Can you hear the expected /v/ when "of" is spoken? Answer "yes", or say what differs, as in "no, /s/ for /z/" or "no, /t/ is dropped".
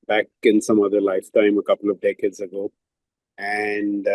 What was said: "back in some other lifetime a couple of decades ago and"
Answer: yes